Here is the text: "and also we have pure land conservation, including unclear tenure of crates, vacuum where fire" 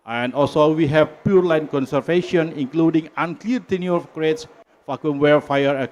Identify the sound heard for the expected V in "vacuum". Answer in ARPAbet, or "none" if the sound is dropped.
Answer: F